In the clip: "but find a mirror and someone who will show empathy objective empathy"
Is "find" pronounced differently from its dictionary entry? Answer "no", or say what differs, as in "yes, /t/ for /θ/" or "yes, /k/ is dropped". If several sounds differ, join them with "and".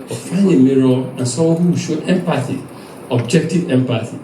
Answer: yes, /d/ is dropped